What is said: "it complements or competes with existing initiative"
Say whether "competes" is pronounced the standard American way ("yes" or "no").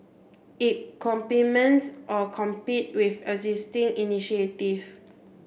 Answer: no